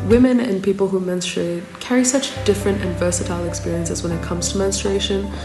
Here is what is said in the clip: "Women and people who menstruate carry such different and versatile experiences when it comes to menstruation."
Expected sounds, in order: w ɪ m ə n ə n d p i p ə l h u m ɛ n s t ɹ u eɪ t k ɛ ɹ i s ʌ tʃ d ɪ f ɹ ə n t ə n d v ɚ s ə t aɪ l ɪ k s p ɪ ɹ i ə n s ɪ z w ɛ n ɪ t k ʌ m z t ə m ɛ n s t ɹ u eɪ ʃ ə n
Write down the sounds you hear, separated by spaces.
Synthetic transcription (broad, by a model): w ɪ m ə n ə n p i p ə l h u m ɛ n s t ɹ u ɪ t k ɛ ɹ i s ʌ tʃ d ɪ f ɹ ə n t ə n v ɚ s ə t aɪ l ɪ k s p ɪ ɹ i ə n s ɪ z w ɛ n ɪ t k ʌ m z t ə m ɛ n s t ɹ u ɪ ʃ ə n